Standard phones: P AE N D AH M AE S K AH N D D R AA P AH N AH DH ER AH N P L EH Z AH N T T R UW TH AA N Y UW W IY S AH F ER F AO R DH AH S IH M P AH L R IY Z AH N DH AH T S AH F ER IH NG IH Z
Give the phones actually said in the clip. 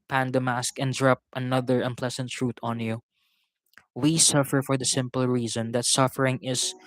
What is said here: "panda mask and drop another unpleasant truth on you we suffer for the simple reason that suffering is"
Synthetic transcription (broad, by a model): P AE N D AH M AE S K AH N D D R AA P AH N AH DH ER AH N P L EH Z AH N T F R UW T AA N Y UW W IY S AH F ER F AO R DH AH S IH M P AH L R IY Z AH N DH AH T S AH F ER IH NG IH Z